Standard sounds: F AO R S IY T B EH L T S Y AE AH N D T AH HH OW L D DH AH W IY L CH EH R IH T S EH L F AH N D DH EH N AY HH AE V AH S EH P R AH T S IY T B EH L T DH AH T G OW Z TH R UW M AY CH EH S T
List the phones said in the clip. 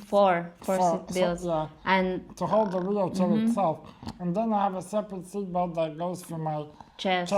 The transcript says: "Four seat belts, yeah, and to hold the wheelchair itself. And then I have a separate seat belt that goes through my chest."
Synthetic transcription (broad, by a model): F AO R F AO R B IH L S Y AE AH N T AH HH OW L D DH AH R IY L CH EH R IH T S EH L F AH N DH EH N AY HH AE V AH S EH P R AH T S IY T B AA T DH AH T G OW Z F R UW M AY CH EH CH